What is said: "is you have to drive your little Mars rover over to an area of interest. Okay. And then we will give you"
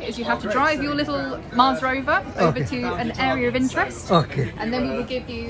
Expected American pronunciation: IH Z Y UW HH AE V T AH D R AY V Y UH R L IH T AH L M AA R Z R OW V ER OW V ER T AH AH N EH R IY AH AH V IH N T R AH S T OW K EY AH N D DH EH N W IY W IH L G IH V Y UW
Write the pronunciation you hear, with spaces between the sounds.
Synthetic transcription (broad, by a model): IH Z Y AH HH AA F T AH D R AY V Y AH L IH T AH L M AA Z R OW V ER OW V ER T AH AH N EH R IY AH AH V IH N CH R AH S T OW K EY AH N DH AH N W IY W IH L G IH V Y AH